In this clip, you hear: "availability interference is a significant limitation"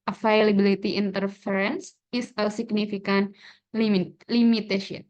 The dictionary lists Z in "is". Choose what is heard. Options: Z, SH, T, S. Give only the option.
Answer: S